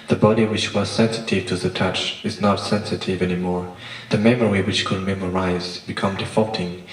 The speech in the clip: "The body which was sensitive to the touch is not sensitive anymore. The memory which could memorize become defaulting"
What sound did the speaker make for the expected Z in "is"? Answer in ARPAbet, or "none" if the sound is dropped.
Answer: Z